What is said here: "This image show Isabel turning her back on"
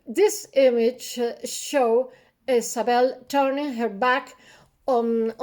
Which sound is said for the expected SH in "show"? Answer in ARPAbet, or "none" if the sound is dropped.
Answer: SH